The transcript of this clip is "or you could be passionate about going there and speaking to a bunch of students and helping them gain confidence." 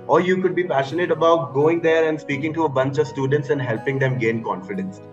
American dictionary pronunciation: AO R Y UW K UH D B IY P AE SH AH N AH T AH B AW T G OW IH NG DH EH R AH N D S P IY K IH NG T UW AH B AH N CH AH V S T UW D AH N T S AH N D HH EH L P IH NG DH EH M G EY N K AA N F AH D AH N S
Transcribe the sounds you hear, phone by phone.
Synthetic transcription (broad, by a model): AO R Y UW K UH D B IY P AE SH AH N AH T AH B AW T G OW IH NG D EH R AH N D S P IY K IH NG T UW AH B AH N CH AH V S T UW D AH N T S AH N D HH EH L P IH NG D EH M G EY N K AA N F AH D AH N S